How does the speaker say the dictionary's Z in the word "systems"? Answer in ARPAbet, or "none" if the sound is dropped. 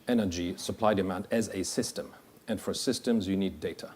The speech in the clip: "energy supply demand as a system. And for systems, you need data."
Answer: Z